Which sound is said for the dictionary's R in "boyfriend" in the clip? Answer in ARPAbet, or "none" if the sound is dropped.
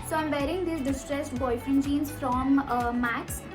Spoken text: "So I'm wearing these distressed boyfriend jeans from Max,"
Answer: none